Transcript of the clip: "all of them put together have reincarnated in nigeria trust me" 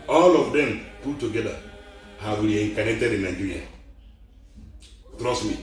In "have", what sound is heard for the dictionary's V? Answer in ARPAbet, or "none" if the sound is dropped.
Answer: W